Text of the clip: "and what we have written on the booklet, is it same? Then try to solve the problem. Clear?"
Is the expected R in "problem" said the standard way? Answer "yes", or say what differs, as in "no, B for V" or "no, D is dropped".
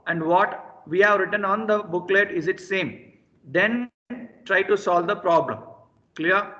yes